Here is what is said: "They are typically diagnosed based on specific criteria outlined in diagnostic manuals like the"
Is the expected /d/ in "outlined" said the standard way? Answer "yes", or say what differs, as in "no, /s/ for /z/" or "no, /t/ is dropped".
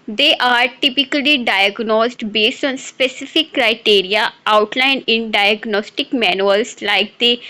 no, /d/ is dropped